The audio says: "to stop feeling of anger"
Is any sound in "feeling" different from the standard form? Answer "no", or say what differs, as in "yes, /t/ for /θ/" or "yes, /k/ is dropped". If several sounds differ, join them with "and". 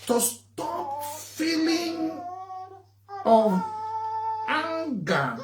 no